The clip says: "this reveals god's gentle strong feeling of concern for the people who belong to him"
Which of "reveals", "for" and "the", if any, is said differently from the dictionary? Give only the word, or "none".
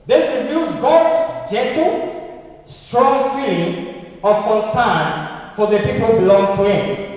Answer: reveals